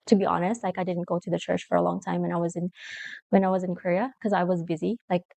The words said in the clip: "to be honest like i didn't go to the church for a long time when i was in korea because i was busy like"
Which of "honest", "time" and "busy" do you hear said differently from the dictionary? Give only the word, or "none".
none